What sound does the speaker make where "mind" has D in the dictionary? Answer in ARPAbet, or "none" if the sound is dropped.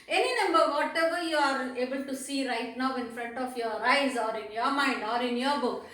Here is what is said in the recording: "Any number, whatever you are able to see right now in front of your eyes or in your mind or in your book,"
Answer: D